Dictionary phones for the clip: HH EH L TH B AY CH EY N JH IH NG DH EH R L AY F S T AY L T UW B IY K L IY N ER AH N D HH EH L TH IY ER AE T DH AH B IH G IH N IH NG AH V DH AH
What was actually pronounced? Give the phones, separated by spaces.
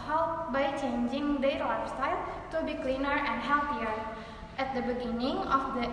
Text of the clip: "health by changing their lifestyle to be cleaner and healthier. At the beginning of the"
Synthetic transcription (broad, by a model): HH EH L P B AY CH EY N JH IH NG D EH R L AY S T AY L T UW B IY K L IY N ER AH N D HH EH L T IY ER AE T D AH B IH G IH N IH NG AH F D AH